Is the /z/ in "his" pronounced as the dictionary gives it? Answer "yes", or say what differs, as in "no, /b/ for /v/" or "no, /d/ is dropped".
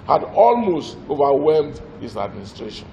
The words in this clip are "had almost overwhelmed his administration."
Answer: no, /s/ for /z/